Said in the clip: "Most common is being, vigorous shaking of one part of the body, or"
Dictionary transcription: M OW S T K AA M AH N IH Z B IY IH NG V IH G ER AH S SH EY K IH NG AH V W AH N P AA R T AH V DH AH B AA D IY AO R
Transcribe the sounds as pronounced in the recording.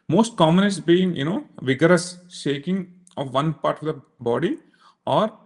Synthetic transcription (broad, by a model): M OW S T K AA M AH N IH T B IY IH NG V IH G ER AH S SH EY K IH NG AH V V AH N P AA R T AH V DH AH B AA D IY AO R